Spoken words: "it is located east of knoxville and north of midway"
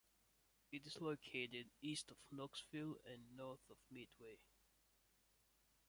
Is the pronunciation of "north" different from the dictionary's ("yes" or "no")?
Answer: no